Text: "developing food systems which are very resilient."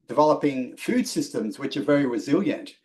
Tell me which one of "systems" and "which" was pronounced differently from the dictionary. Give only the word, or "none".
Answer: none